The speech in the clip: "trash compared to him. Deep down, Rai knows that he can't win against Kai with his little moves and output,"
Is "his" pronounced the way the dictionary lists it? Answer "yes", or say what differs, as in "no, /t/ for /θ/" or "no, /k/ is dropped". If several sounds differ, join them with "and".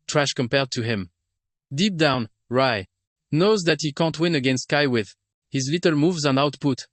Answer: yes